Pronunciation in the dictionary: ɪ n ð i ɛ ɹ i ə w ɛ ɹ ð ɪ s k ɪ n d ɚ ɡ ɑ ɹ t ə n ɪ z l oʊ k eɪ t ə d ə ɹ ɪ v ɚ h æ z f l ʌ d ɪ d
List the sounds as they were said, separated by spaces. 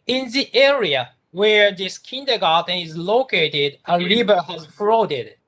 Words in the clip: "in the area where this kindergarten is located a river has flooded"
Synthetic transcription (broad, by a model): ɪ n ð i ɛ ɹ i ə w ɛ ɹ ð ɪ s k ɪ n d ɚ ɡ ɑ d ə n ɪ z l oʊ k eɪ t ə d ə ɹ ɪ b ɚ h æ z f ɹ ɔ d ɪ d